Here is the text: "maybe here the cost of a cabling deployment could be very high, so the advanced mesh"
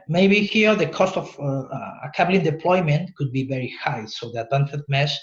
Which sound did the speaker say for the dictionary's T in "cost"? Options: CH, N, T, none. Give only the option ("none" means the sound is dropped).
T